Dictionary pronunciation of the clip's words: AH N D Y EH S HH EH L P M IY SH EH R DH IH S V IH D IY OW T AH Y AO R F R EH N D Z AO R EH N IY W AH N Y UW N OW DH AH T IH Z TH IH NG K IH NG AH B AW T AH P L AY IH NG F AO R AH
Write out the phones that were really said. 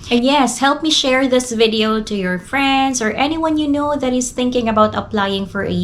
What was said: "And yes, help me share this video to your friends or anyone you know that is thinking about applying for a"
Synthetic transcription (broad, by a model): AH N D Y EH S HH EH L P M IY SH EH R DH IH S V IH D IY OW T AH Y AO R F R EH N D S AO R EH N IY W AH N Y UW N OW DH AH T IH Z TH IH NG K IH NG AH B AW T AH P L AY IH NG F AO R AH